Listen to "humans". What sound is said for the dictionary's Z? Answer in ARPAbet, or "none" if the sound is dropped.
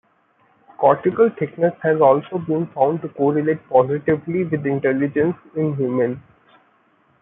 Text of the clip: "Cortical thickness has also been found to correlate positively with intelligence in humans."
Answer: none